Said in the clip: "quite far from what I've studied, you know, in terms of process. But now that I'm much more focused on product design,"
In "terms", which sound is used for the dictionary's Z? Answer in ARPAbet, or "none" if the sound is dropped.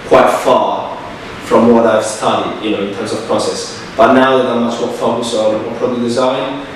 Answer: Z